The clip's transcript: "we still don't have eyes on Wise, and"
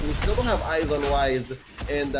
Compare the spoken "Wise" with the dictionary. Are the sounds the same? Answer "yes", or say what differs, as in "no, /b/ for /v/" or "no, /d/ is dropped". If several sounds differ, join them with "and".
yes